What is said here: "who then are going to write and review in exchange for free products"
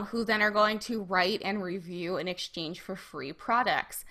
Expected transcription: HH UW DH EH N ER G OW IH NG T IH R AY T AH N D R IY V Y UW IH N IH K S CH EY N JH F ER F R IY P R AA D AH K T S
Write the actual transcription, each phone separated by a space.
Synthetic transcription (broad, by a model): HH UW DH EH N ER G OW IH NG T IH R AY T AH N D R IY V Y UW IH N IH K S CH EY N ZH F ER F R IY P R AA D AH K T S